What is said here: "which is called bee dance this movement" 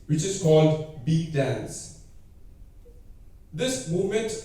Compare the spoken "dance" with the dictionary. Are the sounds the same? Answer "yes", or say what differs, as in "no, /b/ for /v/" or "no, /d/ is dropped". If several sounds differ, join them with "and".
yes